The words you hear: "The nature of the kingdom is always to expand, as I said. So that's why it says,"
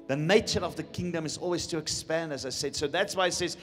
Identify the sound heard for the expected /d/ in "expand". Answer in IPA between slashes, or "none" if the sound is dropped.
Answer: /d/